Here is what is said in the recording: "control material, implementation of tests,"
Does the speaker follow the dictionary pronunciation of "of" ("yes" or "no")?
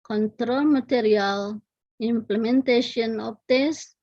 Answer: no